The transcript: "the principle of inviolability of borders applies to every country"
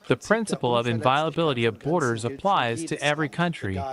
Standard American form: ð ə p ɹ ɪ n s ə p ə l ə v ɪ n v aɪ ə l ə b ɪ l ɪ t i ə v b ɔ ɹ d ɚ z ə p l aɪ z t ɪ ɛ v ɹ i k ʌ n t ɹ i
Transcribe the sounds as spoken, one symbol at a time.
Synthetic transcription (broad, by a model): ð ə p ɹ ɪ n s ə p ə l ə v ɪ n v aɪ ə l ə b ɪ l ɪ t i ə v b ɔ ɹ d ɚ z ə p l aɪ z t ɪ ɛ v ɹ i k ʌ n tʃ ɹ i